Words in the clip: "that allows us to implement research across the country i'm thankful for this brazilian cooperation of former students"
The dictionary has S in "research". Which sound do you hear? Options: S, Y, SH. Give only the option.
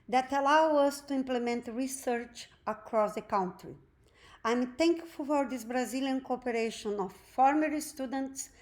S